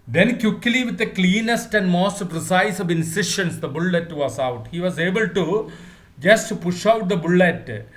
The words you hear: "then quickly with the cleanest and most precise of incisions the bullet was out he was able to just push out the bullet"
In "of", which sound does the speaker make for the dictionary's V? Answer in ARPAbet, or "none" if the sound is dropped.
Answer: V